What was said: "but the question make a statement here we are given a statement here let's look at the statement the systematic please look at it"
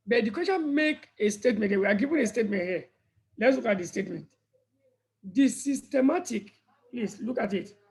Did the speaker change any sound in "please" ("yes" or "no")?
yes